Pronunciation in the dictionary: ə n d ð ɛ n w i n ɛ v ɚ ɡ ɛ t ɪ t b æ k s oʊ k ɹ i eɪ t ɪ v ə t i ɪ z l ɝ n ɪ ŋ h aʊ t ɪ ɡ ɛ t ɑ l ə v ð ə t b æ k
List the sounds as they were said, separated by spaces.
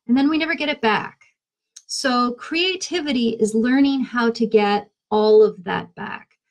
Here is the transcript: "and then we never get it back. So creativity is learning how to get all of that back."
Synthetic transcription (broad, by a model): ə n ð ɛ n w i n ɛ v ɚ ɡ ɛ t ɪ t b æ k s oʊ k ɹ i eɪ t ɪ v ə t i ɪ z l ɝ n ɪ ŋ h aʊ t ɪ ɡ ɛ t ɑ l ə v ð ə t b æ k